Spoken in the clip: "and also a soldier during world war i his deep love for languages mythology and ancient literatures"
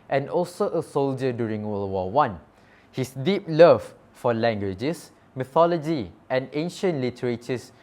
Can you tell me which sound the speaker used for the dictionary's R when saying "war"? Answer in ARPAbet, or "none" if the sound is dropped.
W